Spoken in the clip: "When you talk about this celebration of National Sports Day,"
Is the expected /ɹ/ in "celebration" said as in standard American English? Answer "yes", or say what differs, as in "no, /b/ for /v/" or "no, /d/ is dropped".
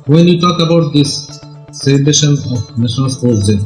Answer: no, /ɹ/ is dropped